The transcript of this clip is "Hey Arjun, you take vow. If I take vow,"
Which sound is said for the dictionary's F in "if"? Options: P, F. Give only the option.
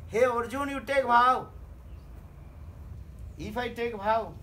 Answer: P